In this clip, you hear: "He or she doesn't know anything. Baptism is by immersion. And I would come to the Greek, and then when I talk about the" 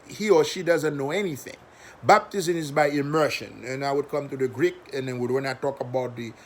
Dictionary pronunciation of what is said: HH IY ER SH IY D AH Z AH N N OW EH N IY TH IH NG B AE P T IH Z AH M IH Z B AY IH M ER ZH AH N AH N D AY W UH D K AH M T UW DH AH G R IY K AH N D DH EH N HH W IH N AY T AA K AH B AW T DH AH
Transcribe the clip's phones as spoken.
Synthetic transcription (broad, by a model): HH IY ER SH IY D AH Z AH N N OW EH N IY TH IH NG B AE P T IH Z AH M IH Z B AY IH M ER SH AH N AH N AY W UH D K AH M T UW DH AH G R IY K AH N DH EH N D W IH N AY T AA K AH B AW T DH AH